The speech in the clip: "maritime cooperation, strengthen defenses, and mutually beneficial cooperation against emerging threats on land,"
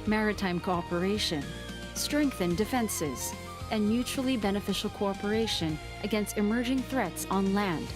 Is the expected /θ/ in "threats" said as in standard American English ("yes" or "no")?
yes